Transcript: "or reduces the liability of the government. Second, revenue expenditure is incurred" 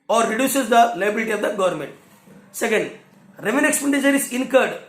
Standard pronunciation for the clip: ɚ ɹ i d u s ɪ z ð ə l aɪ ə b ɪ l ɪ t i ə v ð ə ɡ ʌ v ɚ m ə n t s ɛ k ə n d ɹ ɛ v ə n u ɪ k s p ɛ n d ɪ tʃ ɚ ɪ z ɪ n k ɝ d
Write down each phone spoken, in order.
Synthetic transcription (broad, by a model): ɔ ɹ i d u s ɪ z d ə l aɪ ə b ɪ l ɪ t i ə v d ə ɡ ʌ v ɚ m ə n t s ɛ k ə n d ɹ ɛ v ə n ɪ k s p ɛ n d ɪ ʃ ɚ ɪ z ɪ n k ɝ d